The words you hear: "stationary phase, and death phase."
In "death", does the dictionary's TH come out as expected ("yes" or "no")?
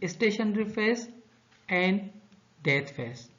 no